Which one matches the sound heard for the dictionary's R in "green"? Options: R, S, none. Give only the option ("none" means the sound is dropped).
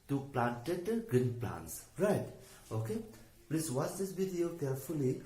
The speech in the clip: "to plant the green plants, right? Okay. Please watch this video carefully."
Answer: none